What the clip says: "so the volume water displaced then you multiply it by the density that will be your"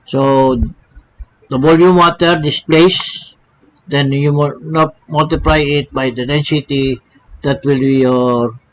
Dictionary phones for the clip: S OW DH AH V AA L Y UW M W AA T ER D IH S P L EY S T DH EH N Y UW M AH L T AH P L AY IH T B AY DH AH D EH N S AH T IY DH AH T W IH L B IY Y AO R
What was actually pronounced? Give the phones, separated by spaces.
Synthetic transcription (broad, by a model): S OW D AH B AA L Y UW M W AA T ER D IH S P L EY S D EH N Y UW M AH L T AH P L AY IH T B AY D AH D EH N S AH T IY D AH T W IH L B IY Y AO R